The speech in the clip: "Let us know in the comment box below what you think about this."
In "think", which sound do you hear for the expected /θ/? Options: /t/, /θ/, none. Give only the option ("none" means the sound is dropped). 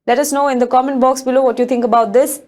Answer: /t/